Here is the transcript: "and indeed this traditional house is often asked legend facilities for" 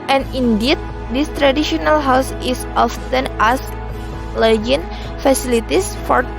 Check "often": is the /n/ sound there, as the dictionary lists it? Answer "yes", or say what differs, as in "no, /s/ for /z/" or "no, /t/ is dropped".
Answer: yes